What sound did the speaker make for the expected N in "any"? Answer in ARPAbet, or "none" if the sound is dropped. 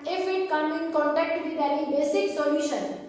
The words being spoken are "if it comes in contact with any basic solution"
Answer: L